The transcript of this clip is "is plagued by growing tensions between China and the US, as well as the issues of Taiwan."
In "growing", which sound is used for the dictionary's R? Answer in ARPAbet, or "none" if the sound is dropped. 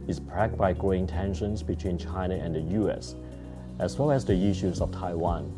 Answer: none